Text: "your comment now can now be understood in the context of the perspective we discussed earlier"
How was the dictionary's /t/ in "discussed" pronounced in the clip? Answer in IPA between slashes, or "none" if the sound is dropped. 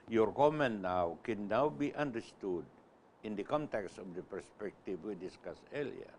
none